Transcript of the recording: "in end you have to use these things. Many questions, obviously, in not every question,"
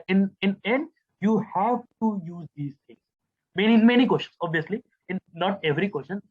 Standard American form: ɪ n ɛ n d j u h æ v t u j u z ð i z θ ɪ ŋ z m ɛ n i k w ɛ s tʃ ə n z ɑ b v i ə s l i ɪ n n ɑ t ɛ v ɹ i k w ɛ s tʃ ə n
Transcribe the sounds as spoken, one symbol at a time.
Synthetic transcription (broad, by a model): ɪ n ɛ n d j u h æ v t u j u z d i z t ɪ ŋ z m ɛ n i k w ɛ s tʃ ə n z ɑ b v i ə s l i ɪ n n ɑ t ɛ v ɹ i k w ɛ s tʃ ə n